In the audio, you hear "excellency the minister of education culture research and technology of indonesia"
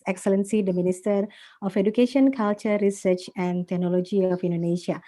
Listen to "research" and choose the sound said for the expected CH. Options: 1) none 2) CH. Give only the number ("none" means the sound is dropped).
2